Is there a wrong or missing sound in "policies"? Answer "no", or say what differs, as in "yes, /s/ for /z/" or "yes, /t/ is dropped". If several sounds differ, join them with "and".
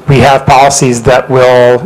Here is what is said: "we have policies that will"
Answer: no